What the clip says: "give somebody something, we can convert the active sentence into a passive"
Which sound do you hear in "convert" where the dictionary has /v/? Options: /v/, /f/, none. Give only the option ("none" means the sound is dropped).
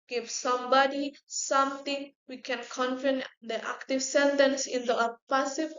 /f/